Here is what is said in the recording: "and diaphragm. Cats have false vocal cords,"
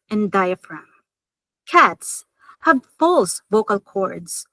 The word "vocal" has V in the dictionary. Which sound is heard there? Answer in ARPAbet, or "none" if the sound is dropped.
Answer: V